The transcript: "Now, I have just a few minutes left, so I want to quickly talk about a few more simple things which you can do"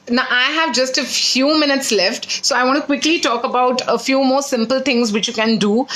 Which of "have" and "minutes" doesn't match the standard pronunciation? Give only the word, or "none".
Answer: none